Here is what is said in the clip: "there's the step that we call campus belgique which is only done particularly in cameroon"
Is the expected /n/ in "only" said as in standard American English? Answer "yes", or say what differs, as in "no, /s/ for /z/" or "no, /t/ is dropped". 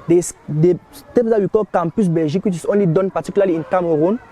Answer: yes